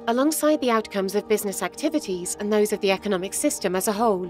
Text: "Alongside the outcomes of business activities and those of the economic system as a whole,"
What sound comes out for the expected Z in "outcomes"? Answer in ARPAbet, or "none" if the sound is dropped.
Z